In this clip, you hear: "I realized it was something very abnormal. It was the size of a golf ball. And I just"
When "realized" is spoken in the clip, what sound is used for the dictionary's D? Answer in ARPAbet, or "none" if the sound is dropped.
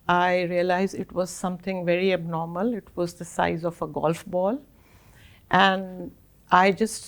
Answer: none